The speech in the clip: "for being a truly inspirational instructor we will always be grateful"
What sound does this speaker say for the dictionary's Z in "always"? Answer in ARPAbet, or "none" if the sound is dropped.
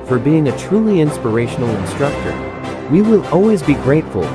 Z